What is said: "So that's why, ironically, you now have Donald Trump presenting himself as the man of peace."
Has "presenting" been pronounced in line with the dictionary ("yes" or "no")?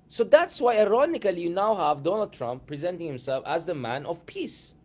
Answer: yes